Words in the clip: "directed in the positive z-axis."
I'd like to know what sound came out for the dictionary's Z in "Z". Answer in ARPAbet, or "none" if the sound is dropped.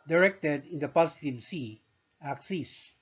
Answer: S